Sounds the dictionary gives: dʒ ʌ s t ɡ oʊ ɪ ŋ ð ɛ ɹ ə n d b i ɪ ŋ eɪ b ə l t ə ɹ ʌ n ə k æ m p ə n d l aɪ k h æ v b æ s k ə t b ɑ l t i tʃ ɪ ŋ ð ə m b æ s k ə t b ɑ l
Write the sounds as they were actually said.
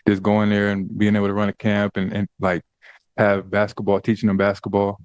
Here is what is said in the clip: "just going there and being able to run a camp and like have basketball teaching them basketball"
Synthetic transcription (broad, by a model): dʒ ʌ s ɡ oʊ ɪ ŋ ð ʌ ɹ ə n b i ɪ ŋ eɪ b l t ə ɹ ʌ n ə k æ m p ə n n l aɪ k h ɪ v b æ s k ə t b ɑ l t i tʃ ɪ ŋ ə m b æ s k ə t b ɑ l